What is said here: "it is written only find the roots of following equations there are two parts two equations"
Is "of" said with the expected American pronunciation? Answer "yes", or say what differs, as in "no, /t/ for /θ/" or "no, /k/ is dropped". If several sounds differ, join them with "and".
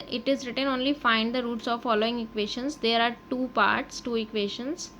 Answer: yes